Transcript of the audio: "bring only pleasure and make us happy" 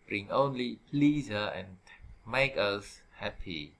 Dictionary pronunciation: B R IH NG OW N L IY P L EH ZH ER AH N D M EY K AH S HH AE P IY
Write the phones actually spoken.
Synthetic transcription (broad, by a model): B R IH NG OW N L IY P L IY Z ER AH N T M EY K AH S HH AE P IY